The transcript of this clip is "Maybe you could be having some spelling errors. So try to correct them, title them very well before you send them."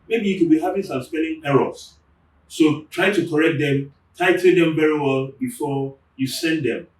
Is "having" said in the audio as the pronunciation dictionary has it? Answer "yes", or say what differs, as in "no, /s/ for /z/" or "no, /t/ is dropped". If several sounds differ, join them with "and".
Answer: no, /p/ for /v/